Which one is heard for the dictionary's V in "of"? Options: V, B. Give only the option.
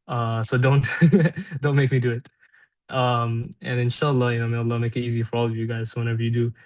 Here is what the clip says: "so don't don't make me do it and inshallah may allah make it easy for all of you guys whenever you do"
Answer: V